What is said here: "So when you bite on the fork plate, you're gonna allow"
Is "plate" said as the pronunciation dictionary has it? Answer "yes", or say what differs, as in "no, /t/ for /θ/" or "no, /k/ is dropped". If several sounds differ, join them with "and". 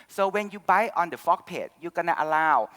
no, /l/ is dropped